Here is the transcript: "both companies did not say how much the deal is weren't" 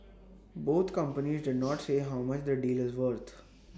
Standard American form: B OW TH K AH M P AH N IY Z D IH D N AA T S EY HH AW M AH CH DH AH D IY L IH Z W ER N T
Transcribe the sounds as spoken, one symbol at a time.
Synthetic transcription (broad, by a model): B OW T K AH M P AH N IY Z D IH D N AA T S EY HH AW M AH CH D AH D IY L IH Z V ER T